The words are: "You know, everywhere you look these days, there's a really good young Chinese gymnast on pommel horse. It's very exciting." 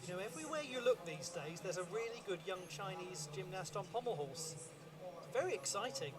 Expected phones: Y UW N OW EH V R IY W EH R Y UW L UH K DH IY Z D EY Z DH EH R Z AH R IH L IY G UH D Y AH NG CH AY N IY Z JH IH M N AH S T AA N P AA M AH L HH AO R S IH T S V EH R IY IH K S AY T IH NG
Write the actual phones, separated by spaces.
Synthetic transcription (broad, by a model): Y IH N OW EH V R IY W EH Y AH L UH K DH IY Z D EY Z DH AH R Z AH R IH L IY G UH D Y AH NG CH AY N IY Z JH IH M N AH S T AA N P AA M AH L HH AO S S V EH R IY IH K S AY T IH NG